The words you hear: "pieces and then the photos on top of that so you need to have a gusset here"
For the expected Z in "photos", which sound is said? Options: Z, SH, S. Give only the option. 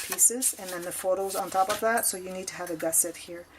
Z